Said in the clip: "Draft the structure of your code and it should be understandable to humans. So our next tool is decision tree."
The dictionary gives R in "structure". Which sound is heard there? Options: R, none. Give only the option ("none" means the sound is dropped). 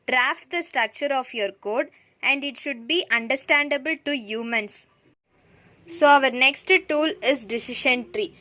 R